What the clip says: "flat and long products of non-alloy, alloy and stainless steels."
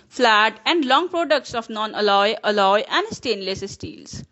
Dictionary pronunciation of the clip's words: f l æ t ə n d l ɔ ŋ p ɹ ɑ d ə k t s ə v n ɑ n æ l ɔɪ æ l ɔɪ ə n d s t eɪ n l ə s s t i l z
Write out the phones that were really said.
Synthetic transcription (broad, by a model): f l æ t ə n d l ɔ ŋ p ɹ ɑ d ə k t s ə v n ɑ n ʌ l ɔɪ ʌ l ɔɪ ə n d s t eɪ n l ə s s t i l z